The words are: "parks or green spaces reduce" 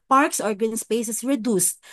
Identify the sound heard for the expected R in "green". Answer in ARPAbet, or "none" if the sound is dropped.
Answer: none